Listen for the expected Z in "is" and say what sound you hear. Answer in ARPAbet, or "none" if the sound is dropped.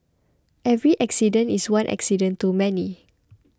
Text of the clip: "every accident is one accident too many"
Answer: S